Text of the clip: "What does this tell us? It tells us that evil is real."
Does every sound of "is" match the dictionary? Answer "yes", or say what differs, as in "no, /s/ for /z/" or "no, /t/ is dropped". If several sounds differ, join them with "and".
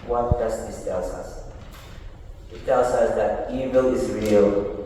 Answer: yes